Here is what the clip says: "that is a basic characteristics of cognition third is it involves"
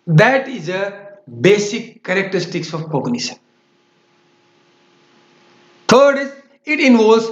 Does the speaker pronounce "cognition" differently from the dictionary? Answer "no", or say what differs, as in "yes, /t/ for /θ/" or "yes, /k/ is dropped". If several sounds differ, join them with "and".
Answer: yes, /s/ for /ʃ/